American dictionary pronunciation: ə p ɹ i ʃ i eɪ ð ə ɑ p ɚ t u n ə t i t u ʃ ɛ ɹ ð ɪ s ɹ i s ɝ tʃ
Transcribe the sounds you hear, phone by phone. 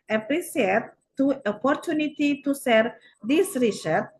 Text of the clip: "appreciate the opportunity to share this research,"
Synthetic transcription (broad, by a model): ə p ɹ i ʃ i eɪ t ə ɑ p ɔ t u n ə t i t u s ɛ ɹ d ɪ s ɹ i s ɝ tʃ